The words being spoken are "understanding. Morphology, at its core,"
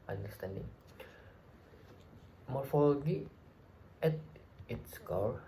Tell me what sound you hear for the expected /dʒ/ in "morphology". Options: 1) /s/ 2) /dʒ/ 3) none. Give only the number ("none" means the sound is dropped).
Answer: 3